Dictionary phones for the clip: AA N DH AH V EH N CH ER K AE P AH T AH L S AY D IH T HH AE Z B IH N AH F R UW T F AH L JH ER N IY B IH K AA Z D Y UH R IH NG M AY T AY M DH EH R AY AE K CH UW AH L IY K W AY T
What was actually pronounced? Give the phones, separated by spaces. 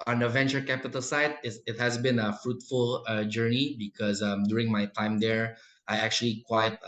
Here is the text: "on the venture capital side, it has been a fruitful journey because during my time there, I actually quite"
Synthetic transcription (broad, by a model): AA N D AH V EH N CH ER K AE P AH T AH L S AY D IH T HH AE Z B IH N AH F R UW T F AH L JH ER N IY B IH K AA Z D Y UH R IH NG M AY T AY M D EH R AY AE K CH UW AH L IY K W AY T